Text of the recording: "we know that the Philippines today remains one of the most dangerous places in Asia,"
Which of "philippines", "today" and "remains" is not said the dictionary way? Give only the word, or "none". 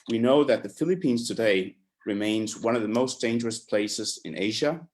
none